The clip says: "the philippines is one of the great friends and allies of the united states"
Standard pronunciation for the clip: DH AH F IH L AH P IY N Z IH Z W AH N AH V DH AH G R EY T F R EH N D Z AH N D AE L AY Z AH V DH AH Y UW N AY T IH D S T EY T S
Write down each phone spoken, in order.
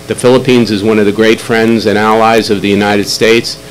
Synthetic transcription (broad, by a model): DH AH F IH L AH P IY N Z IH Z W AH N AH V DH AH G R EY T F R EH N D Z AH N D AE L AY Z AH V DH AH Y UW N AY T IH D S T EY T S